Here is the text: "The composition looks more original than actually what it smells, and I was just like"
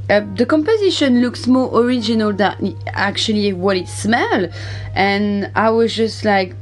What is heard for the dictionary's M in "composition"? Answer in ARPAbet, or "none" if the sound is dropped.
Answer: M